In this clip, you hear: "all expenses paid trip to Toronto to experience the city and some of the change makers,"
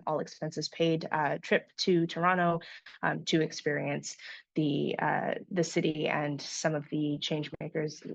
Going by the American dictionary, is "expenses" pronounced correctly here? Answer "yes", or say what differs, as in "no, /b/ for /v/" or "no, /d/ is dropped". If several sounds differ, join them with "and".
yes